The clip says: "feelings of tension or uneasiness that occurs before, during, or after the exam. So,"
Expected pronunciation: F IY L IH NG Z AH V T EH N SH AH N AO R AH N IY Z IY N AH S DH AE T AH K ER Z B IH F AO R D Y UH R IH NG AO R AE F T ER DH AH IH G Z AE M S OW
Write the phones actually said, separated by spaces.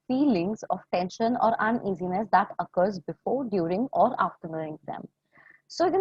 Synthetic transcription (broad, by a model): F IY L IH NG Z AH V T EH N SH AH N AO R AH N IY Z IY N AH S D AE T AH K ER Z B IH F AO R D Y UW R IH NG AO R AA F T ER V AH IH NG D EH M S OW